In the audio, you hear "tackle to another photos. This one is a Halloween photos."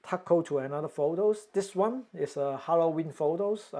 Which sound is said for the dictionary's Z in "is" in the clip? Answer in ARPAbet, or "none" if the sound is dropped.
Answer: S